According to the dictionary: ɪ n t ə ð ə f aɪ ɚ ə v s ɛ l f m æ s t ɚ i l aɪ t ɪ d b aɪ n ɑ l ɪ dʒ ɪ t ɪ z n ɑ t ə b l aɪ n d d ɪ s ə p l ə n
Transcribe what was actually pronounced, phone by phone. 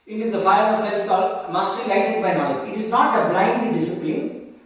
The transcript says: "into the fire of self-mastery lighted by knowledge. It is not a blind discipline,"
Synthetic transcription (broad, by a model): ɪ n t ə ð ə f aɪ ɚ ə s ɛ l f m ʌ s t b i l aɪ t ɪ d b aɪ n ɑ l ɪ ɪ t ɪ z n ɑ t ə b l aɪ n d d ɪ s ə p l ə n